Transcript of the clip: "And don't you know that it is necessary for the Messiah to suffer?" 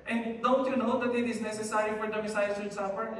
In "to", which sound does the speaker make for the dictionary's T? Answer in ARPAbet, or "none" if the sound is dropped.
S